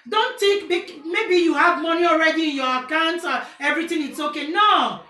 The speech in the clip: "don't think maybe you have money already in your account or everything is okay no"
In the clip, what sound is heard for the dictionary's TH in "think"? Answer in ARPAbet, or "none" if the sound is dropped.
T